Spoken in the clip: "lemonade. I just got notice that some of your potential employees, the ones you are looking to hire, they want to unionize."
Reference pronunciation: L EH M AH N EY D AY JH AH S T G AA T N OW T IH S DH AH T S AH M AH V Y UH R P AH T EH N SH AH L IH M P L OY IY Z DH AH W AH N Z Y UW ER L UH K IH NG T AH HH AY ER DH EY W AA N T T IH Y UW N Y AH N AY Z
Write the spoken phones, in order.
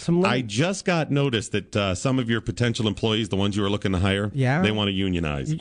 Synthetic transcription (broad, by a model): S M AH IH JH AH S T G AA T N OW T IH S DH AH T S AH M AH V Y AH R P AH T EH N SH L IH M P L OY IY Z DH AH W AH N Z Y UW ER L UH K IH NG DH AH HH AY ER DH EY W AA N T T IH Y UW N Y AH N AY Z